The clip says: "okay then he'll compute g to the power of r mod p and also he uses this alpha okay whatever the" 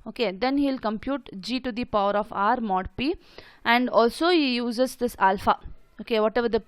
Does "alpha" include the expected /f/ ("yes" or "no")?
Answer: yes